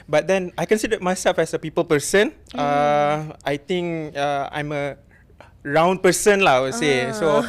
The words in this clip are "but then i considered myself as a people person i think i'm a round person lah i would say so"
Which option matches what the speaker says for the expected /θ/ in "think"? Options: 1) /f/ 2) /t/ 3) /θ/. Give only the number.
2